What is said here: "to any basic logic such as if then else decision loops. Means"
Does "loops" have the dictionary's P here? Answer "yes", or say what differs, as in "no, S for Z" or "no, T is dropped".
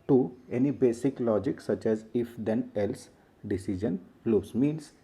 no, P is dropped